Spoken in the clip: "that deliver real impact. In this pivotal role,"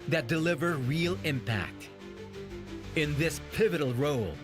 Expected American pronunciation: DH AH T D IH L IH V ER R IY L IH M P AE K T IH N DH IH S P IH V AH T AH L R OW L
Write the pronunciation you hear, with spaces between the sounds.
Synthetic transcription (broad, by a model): DH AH T D IH L IH V ER R IY L IH M P AE K T IH N DH IH S P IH V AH T L R OW L